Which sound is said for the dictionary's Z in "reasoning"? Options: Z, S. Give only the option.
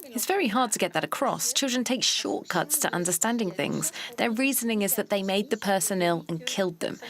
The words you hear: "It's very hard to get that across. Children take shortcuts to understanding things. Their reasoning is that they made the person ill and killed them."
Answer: Z